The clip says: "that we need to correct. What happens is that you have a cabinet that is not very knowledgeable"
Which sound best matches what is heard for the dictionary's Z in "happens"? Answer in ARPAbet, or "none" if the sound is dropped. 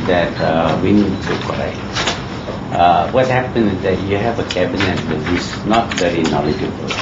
none